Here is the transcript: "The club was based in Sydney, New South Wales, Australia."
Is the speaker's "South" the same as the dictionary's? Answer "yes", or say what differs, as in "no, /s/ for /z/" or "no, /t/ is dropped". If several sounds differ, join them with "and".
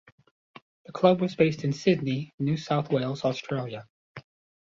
yes